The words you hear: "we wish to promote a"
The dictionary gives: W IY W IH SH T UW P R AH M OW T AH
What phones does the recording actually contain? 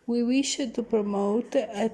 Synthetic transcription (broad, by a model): W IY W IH SH T UW P R AH M OW T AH